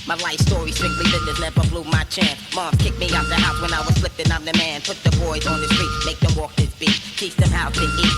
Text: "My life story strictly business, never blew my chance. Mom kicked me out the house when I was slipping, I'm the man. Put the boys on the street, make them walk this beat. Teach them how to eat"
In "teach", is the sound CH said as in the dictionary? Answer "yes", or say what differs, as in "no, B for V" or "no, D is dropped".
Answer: no, S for CH